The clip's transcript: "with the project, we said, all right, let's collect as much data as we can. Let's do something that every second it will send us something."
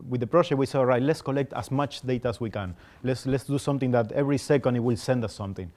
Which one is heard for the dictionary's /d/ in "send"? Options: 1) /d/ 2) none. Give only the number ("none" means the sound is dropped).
1